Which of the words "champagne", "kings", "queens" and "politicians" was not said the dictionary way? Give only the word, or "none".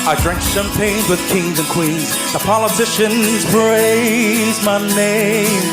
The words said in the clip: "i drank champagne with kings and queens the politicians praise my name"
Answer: champagne